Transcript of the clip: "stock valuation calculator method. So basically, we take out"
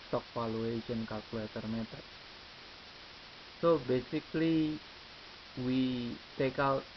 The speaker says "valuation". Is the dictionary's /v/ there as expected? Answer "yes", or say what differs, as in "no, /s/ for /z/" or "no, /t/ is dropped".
no, /f/ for /v/